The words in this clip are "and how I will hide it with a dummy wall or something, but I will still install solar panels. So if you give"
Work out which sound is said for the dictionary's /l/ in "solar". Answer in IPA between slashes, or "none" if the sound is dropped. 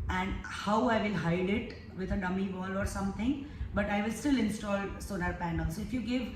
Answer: /n/